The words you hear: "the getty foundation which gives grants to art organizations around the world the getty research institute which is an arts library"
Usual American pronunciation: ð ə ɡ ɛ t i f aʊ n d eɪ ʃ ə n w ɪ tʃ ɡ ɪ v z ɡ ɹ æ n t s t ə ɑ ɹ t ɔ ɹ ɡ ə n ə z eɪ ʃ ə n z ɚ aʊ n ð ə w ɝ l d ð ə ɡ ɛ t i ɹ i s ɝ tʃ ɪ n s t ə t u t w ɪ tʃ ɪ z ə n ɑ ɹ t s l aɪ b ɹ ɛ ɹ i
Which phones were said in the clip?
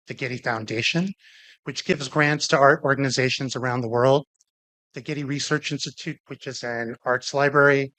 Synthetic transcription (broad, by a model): ð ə ɡ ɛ t i f aʊ n d eɪ ʃ ə n w ɪ tʃ ɡ ɪ v z ɡ ɹ æ n t s t ə ɑ ɹ t ɔ ɹ ɡ ə n ə z eɪ ʃ ə n z ɚ aʊ n ð ə w ɝ l d ð ə ɡ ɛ t i ɹ i s ɝ tʃ ɪ n s t ə t u t w ɪ tʃ ɪ z ə n ɑ ɹ t s l aɪ b ɹ ɛ ɹ i